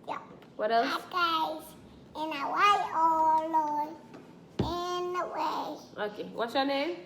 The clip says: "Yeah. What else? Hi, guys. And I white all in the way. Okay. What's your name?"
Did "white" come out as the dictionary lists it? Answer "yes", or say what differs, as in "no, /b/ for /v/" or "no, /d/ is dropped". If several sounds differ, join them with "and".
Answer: no, /t/ is dropped